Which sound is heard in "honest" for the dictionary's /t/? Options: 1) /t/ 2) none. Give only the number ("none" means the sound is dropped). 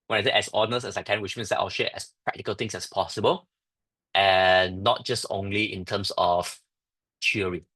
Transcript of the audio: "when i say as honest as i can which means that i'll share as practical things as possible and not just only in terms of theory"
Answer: 2